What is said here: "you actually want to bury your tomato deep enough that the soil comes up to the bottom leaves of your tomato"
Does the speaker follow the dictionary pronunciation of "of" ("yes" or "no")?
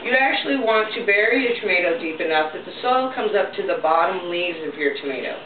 yes